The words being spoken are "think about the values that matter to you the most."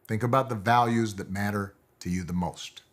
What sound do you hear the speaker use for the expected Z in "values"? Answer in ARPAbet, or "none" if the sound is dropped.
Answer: Z